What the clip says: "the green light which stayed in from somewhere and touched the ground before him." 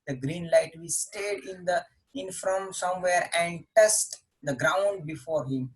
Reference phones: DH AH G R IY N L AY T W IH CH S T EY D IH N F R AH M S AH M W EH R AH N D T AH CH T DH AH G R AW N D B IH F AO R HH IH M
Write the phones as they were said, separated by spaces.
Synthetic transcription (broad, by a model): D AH G R IY N L AY T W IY S T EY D IH N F R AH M S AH M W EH R AH N D T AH S T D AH G R AW N D B IH F AO R HH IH M